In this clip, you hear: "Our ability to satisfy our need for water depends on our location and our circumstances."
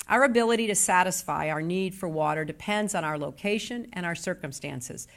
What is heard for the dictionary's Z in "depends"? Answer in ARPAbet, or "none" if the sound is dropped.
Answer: Z